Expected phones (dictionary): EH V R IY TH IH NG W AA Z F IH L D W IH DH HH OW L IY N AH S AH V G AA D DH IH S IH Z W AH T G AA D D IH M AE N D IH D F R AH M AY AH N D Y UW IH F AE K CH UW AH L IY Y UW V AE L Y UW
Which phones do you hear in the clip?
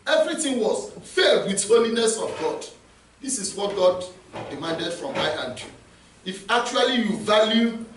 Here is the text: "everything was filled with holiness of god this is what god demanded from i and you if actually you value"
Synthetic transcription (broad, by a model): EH V R IY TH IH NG W AA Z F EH D W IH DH HH OW L IY N AH S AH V G AA D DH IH S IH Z W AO T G AA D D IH M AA N D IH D F R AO M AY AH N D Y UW IH F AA K CH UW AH L IY Y UW V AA L Y UW